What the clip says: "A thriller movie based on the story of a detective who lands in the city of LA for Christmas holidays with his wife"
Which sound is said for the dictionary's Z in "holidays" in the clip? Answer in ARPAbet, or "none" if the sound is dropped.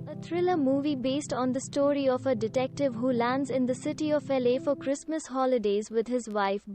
Z